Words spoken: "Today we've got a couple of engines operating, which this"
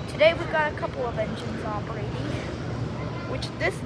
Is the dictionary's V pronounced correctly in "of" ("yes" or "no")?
yes